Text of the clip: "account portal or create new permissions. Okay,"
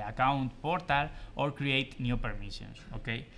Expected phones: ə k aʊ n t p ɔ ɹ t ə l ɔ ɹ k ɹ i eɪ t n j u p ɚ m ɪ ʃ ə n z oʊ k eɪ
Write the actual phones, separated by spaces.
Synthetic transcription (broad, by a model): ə k aʊ n t p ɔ ɹ t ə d ɔ ɹ k ɹ i eɪ t n j u p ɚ m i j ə n s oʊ k eɪ